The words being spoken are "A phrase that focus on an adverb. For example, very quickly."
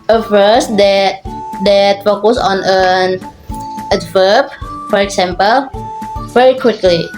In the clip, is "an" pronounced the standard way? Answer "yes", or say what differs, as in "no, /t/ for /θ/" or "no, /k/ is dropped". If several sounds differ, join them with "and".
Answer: yes